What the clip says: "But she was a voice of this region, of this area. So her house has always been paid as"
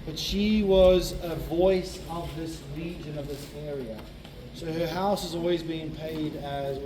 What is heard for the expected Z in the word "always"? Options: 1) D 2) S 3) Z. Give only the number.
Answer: 3